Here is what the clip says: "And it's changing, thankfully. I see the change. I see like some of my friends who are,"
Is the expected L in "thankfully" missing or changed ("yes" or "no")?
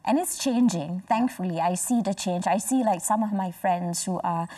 no